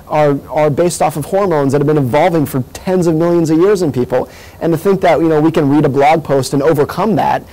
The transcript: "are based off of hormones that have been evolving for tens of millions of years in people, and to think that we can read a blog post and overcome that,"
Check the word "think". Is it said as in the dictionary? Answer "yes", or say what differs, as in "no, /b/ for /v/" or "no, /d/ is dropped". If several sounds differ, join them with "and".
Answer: yes